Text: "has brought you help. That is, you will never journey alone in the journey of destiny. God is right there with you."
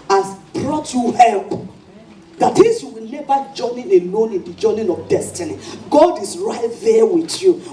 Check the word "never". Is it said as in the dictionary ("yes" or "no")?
no